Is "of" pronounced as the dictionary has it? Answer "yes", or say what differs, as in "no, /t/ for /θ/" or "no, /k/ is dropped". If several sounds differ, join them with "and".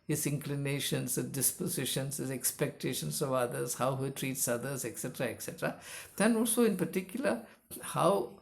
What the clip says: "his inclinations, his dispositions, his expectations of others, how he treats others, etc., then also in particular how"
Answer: yes